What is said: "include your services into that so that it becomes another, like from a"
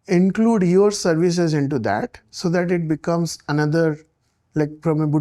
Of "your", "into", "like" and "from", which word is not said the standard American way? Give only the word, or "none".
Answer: from